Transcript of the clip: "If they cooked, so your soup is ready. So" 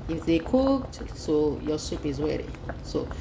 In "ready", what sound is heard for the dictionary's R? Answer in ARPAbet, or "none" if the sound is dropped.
W